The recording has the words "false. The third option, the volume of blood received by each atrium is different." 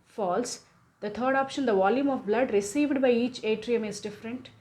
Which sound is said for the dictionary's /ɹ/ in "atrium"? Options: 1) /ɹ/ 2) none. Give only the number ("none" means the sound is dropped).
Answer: 1